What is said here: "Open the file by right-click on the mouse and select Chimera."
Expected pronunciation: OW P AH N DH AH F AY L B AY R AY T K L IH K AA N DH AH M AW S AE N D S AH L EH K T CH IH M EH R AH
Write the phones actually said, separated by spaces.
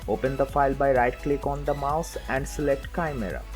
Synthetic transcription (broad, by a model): OW P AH N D AH F AY L B AY R AY T K L IH K AA N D AH M AW S AE N D S AH L EH K T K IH M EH R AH